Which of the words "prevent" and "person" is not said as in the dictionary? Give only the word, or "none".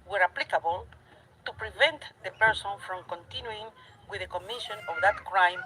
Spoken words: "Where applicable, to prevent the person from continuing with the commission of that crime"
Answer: none